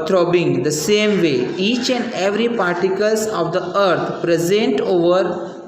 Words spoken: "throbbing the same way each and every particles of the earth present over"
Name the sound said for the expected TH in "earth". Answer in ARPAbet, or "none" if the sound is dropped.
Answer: T